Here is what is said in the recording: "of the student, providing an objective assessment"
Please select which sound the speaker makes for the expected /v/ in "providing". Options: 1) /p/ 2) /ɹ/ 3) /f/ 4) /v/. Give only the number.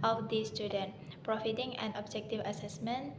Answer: 3